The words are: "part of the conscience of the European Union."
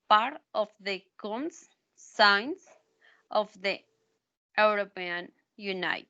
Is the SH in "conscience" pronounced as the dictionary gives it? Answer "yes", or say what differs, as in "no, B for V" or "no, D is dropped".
no, S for SH